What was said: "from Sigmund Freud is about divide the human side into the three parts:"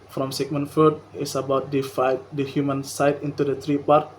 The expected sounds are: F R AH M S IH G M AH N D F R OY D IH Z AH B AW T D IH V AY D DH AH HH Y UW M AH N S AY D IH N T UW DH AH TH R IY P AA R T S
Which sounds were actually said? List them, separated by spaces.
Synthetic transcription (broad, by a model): F R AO M S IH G M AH N F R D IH S AH B AW T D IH F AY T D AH HH Y UW M AH N S AY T IH N T UW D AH T R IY P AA R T